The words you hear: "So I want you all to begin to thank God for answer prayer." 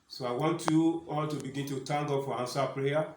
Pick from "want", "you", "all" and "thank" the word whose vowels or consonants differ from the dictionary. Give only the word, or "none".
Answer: thank